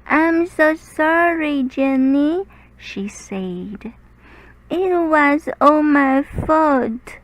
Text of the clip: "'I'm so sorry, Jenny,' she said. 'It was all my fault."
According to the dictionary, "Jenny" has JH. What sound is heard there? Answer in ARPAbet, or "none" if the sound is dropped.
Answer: JH